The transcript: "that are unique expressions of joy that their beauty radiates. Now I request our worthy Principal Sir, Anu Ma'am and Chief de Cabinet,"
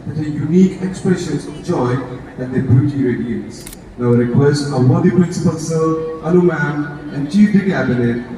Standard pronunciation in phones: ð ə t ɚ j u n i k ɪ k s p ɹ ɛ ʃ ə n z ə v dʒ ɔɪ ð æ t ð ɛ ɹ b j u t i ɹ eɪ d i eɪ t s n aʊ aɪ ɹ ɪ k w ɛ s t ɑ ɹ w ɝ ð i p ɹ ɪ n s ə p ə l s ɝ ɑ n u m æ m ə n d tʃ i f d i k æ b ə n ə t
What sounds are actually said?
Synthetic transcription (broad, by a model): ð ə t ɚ j u n i k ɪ k s p ɹ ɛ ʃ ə n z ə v dʒ ɔɪ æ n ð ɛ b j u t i ɹ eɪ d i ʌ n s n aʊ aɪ ɹ ɪ k w ɛ s t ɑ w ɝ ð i p ɹ ɪ n s ə p ə l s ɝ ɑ l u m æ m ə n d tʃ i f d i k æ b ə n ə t